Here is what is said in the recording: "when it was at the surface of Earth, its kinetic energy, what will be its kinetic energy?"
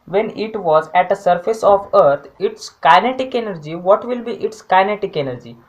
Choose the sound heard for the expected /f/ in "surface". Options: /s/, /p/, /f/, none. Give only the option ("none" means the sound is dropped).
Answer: /f/